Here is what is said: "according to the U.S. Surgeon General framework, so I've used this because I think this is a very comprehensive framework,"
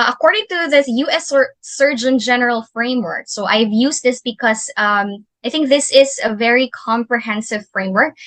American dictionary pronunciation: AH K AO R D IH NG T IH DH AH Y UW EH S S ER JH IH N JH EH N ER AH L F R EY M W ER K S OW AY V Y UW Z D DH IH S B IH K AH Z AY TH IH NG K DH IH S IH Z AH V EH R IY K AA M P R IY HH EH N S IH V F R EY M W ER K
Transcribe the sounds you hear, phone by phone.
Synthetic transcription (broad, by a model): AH K AO R D IH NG T IH DH AH Y UW EH S S ER JH IH N JH EH N ER AH L F R EY M W ER K S OW AY V Y UW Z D DH IH S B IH K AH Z AY TH IH NG K DH IH S IH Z AH V EH R IY K AA M P R IY HH EH N S IH V F R EY M W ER K